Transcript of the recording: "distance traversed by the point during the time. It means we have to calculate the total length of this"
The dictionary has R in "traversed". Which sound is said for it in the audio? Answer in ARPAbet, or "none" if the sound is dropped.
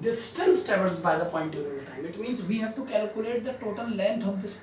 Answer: none